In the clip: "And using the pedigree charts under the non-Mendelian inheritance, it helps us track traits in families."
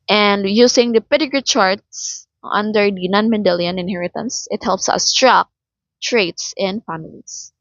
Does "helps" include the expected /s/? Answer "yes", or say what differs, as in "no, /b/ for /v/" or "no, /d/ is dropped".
yes